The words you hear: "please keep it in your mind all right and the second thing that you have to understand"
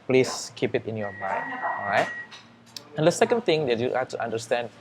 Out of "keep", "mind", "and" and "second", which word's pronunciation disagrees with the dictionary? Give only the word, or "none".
mind